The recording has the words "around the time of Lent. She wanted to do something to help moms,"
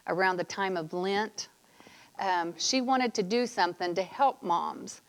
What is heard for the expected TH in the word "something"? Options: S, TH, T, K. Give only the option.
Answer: TH